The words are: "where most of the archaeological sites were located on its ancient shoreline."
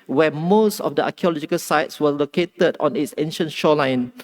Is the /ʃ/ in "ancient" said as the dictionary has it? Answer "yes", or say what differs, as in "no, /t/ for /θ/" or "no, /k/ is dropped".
yes